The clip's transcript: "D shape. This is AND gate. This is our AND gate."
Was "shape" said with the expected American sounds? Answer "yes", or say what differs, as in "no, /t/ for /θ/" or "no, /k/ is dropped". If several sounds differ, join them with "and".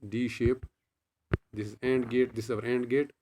yes